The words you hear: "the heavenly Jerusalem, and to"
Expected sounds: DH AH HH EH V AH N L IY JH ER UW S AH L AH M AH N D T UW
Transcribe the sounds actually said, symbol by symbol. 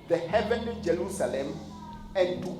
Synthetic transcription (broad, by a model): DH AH HH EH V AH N IY JH ER UW S AH L AH M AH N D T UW